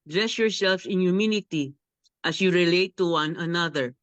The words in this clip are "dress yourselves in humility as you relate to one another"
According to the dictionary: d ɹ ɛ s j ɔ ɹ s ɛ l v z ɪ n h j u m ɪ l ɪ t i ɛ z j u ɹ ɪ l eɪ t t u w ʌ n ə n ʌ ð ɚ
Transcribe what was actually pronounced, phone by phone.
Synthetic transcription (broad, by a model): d ɹ ɛ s j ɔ ɹ s ɛ l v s ɪ n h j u m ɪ n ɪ t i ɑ s j u ɹ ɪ l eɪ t t u w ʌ n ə n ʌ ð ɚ